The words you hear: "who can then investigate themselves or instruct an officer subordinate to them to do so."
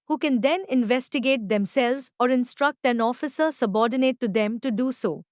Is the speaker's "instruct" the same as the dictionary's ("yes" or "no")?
yes